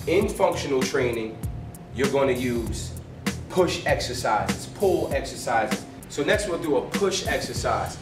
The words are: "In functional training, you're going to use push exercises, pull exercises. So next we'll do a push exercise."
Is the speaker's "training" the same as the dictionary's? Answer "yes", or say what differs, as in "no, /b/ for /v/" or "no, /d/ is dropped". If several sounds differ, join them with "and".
yes